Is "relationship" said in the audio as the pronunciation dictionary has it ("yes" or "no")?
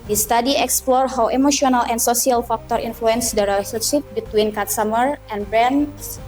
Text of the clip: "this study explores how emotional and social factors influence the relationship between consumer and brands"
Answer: no